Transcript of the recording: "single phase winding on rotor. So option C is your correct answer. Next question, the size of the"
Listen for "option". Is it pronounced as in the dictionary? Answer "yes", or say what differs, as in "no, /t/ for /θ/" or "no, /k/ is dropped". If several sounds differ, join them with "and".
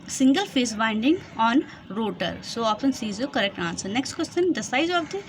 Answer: no, /ʃ/ is dropped